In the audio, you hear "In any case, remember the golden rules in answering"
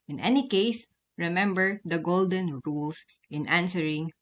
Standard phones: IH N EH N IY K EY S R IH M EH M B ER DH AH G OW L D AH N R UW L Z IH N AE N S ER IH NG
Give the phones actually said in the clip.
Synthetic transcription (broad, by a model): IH N EH N IY K EY S R IH M EH M B ER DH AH G OW L D AH N R UW L S IH N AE N S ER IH NG